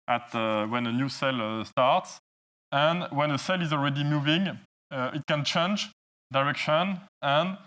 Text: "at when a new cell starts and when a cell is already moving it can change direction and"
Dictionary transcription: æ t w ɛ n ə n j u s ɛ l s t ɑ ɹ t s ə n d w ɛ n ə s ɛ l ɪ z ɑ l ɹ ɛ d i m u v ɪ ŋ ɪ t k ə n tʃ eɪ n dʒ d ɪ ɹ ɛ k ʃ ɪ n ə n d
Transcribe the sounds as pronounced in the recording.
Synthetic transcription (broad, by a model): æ t w ɛ n ə n j u s ɛ l s t ɑ ɹ t s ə n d w ɛ n ə s ɛ l ɪ z ɑ l ɹ ɛ d i m u v ɪ ŋ ɪ t k ə n tʃ eɪ n dʒ d ɪ ɹ ɛ k ʃ ɪ n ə n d